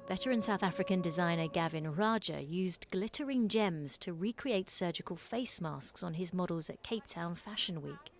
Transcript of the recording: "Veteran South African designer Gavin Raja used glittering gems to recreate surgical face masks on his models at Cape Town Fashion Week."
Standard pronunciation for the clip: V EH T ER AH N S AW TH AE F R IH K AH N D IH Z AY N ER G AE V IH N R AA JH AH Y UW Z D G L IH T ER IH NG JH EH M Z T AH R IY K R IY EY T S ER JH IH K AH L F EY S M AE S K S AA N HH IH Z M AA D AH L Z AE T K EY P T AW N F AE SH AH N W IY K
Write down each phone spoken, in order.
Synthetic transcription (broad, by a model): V EH T ER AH N S AW TH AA F R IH K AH N D IH Z AY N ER G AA V IH N R AA JH AH Y UW Z G L IH T ER IH NG JH EH M Z T AH R IY K R IY EY T S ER JH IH K AH L F EY S M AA S K S N IH Z M AA D AH L Z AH T K EY P T AW N F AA SH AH N W IY K